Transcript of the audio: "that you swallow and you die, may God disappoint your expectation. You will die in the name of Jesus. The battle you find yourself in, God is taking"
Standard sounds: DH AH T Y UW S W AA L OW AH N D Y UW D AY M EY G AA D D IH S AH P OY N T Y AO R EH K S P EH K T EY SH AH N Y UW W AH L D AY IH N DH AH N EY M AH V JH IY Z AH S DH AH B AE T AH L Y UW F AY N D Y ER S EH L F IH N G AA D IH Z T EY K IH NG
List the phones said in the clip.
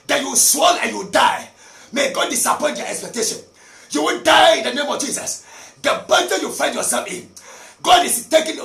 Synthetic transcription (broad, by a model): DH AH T Y UW S W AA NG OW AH N Y UW D AY M EY G AA D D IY S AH P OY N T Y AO EH K S P EH K T EY SH AH N Y UW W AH N D AY IH N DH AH N EY M AH V JH IY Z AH S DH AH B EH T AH Y UW F AY N D Y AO S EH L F IH N G AA D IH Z T EY K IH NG